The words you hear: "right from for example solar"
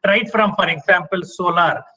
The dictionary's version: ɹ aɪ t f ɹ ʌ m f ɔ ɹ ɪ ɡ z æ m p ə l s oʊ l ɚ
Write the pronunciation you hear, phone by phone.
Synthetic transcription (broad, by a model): ɹ aɪ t f ɹ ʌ m f ɔ ɹ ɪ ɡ s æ m p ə l s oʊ l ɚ